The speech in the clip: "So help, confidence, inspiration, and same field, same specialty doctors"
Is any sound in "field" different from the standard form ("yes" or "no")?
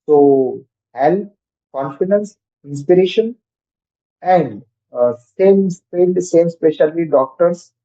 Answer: yes